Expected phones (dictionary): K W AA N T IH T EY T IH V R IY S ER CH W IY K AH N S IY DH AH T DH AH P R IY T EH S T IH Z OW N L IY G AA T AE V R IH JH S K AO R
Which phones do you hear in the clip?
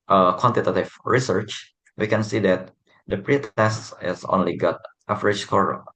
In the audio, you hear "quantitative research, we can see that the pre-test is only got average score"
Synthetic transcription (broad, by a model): K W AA N T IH T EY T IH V R IY S ER CH W IY K AH N S IY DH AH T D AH P R IY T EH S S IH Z OW N L IY G AA T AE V R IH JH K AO R